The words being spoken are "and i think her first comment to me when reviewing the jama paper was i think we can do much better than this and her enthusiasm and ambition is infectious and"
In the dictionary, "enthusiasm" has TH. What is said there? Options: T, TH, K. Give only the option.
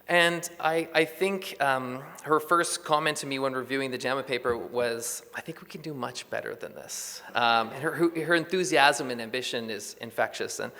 TH